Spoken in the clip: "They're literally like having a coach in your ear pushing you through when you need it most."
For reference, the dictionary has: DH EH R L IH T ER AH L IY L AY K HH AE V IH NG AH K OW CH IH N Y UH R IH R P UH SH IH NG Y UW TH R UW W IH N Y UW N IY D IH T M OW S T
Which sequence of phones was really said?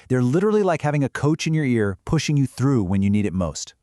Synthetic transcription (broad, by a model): DH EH R L IH T ER L IY L AY K HH AE V IH NG AH K OW CH IH N Y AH R IH R P UH SH IH NG Y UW TH R UW W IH N Y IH N IY D IH T M OW S T